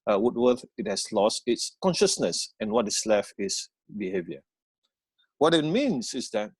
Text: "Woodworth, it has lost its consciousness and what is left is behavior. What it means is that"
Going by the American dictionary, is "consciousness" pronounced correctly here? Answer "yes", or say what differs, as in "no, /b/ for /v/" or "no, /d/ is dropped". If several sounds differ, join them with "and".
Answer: yes